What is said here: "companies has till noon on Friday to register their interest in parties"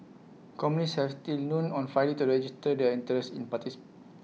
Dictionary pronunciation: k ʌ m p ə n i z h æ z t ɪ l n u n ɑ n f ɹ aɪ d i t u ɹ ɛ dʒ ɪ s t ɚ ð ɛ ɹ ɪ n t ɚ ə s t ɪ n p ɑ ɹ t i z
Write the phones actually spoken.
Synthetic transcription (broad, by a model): k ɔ m ə n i s h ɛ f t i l n u n ɑ n f aɪ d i t u ɹ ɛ dʒ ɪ s t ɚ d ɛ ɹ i n t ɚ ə s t ɪ n p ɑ t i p